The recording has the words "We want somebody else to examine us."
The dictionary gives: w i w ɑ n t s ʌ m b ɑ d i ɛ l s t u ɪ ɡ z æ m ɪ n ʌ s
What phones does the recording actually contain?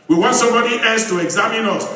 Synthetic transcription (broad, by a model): w i w ɑ n t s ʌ m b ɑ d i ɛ s t u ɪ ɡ z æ m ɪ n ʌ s